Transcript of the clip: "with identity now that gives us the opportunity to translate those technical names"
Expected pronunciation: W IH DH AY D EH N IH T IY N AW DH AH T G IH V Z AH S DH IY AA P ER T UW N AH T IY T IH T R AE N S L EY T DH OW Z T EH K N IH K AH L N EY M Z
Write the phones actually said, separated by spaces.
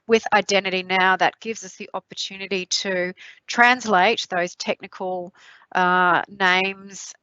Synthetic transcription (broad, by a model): W IH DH AY D EH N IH T IY N AW DH AH T G IH V Z AH S DH IY AA P ER T UW N AH T IY T IH T R AE N S L EY T DH OW Z T EH K N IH K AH L N EY M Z